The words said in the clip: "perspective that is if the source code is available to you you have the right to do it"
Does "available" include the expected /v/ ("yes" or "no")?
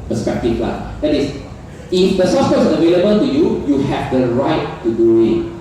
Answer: yes